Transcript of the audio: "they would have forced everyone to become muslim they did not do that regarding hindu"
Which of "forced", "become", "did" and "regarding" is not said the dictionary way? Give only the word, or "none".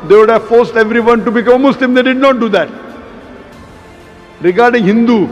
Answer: none